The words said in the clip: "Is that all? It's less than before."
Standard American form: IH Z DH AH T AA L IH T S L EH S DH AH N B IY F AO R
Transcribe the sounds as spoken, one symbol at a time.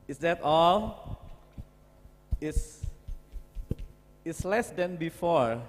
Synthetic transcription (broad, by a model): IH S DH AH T AA L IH S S L EH S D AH N B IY F AO R